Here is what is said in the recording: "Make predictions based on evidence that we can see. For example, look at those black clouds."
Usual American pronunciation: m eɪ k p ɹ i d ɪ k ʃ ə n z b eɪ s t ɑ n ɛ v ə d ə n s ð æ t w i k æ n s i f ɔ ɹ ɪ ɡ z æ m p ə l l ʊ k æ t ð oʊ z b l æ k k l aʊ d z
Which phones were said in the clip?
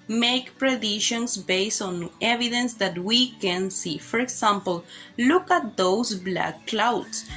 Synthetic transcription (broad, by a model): m eɪ k p ɹ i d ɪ ʃ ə n s b eɪ s t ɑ n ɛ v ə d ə n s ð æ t w i k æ n s i f ɔ ɹ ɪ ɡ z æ m p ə l l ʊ k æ t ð oʊ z b l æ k k l aʊ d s